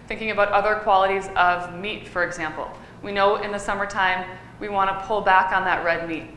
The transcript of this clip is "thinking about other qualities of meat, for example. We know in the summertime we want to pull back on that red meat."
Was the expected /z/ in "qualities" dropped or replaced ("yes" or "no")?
no